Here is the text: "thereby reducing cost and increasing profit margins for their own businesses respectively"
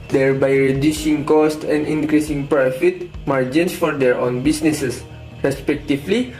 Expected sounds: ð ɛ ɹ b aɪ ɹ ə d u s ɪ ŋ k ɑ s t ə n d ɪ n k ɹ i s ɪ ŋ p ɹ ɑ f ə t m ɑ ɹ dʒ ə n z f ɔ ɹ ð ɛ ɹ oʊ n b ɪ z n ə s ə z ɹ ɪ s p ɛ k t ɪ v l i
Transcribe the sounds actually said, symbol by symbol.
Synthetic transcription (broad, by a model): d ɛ ɹ b aɪ ɹ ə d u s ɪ ŋ k ɑ s t ə n d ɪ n k ɹ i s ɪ ŋ p ɹ ɑ f ə t m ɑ ɹ dʒ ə n s f ɔ ɹ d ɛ ɹ oʊ n b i s n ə s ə s ɹ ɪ s p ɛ k t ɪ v l i